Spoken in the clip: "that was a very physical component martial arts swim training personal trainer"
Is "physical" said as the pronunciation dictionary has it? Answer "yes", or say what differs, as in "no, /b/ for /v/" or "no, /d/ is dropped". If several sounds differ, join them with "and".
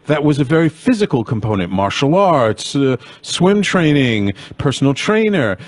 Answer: yes